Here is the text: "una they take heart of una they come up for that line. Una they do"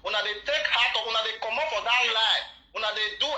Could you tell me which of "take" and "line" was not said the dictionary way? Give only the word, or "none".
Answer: line